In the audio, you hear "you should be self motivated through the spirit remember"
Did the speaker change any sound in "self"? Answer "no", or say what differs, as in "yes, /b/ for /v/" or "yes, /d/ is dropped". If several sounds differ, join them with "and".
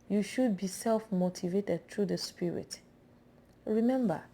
no